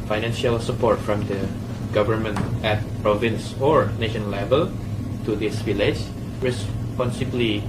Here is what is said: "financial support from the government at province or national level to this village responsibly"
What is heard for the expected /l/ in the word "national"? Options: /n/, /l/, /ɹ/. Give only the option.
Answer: /n/